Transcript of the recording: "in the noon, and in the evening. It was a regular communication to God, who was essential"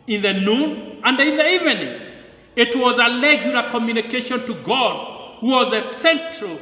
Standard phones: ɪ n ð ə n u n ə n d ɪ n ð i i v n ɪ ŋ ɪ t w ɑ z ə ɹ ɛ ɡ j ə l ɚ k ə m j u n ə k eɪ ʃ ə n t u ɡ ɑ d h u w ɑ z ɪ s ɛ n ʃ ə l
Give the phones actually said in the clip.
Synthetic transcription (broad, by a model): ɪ n ð ə n u n ə n d ɪ n ð i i v n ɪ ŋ ɪ t w ɑ z ə l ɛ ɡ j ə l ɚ k ə m j u n ə k eɪ ʃ ə n t u ɡ ɑ d h u w ɑ z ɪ s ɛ n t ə l